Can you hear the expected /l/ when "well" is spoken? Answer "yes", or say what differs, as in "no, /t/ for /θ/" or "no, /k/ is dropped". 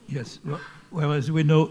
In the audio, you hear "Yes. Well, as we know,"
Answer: no, /w/ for /l/